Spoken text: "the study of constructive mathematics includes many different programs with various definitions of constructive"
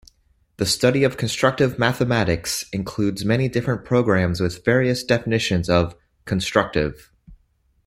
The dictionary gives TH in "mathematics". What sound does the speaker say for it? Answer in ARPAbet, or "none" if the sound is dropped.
TH